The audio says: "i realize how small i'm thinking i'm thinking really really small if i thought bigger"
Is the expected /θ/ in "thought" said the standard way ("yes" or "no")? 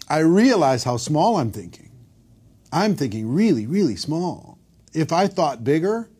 yes